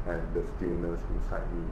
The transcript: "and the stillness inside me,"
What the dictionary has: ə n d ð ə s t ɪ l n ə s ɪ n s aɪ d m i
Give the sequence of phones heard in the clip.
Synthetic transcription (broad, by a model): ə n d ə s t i n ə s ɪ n s aɪ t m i